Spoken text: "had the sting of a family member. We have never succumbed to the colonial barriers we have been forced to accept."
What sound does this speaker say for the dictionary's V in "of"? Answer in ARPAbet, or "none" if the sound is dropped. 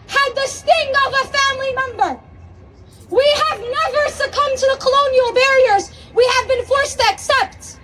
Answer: V